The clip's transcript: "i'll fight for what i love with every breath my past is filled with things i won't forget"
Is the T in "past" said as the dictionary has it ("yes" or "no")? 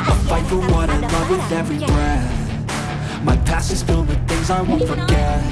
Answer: no